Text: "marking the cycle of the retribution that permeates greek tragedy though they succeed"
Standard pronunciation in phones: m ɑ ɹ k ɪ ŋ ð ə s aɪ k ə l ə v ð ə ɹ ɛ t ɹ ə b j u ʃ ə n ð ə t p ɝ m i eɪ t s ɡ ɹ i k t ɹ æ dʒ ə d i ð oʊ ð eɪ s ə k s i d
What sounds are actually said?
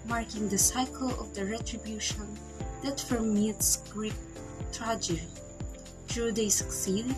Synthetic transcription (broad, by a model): m ɑ ɹ k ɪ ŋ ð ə s aɪ k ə l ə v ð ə ɹ ɛ t ɹ ə b j u ʃ ə n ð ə t f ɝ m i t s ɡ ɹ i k t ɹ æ dʒ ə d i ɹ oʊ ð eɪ s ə k s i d